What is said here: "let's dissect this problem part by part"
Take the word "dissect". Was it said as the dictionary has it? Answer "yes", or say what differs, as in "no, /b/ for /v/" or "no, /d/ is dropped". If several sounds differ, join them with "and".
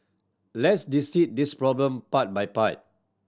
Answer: no, /k/ is dropped